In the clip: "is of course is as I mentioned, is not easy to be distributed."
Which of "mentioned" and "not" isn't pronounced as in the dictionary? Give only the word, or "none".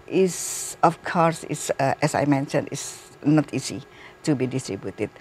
mentioned